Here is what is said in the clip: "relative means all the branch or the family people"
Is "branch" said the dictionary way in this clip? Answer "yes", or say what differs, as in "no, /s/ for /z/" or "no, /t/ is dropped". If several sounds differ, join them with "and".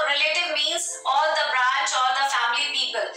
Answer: no, /n/ is dropped